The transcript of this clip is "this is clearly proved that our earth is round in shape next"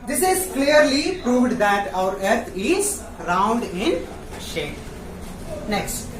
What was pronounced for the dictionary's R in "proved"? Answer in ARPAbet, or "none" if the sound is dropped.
R